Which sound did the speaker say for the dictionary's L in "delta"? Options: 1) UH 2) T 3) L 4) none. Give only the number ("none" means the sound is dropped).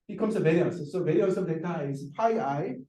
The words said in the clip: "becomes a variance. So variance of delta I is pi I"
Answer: 4